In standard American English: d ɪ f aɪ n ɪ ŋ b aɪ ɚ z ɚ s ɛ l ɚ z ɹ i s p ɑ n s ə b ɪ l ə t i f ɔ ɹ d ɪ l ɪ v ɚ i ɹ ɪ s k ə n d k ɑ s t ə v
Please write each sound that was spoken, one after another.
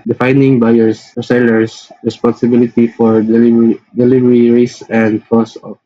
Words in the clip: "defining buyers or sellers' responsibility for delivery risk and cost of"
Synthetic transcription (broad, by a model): d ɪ f aɪ n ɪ ŋ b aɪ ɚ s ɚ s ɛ l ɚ s ɹ i s p ɑ n s ə b ɪ l ə t i f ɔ ɹ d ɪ l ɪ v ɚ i ɹ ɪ s ə n d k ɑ s ə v